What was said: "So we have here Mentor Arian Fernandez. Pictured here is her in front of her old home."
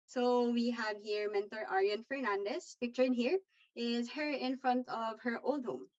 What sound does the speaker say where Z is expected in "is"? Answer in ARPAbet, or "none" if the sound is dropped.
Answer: Z